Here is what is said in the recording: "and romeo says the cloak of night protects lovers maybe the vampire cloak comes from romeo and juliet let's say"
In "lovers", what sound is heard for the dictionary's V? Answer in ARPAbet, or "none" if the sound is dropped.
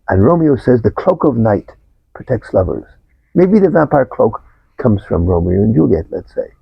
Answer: V